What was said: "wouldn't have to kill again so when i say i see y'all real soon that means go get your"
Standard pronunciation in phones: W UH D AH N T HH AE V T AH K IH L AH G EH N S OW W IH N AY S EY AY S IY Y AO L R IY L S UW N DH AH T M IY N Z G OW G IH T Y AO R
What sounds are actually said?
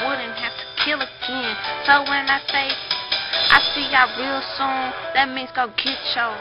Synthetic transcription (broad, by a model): W UH D N T HH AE F T AH K IH L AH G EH N S OW W IH N AY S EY AY S IY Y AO R IY L S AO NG DH AH T M IY N Z G OW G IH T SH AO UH